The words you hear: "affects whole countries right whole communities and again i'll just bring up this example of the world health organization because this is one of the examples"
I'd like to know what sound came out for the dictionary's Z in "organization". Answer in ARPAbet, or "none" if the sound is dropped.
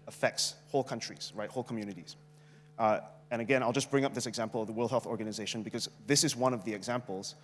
Z